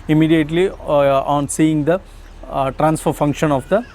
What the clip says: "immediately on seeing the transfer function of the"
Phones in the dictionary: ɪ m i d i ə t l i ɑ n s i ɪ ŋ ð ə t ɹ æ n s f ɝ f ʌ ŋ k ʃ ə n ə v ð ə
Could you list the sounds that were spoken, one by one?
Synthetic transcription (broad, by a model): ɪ m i d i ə t l i ɑ n s i ɪ ŋ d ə t ɹ æ n s f ɝ f ʌ ŋ k ʃ ə n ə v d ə